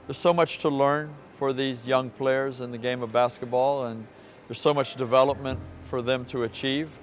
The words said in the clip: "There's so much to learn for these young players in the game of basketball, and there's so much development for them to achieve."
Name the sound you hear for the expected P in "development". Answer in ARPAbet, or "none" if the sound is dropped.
P